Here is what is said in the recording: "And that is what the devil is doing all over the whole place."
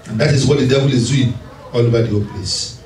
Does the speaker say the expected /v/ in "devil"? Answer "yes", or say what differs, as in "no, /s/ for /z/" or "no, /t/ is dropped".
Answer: no, /b/ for /v/